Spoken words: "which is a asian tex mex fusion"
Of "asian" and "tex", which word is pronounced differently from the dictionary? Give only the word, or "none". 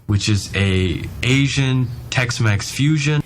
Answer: none